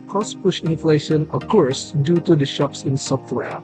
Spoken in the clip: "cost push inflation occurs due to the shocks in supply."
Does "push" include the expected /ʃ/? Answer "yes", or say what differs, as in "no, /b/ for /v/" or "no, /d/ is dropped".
yes